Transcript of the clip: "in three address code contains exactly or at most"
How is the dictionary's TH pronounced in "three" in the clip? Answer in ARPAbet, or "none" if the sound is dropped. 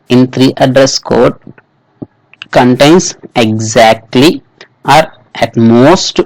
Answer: T